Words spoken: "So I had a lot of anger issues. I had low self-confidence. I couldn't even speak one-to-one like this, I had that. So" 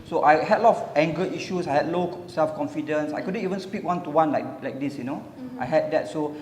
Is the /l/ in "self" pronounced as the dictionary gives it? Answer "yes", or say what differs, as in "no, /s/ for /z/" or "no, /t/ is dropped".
yes